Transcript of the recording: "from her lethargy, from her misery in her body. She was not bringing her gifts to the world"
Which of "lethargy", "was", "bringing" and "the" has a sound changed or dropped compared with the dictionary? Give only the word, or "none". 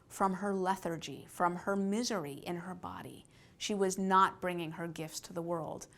none